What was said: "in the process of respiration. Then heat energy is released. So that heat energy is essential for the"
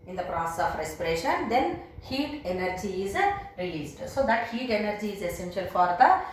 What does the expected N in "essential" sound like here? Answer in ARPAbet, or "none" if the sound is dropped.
N